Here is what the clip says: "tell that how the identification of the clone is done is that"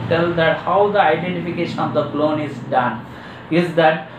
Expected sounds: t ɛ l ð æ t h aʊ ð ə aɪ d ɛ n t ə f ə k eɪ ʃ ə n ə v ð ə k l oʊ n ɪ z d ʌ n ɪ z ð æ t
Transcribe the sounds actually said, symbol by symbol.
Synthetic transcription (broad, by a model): t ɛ l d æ t h aʊ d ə aɪ d ɛ n t ə f ə k eɪ ʃ ə n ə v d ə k l oʊ n ɪ z d ʌ n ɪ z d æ t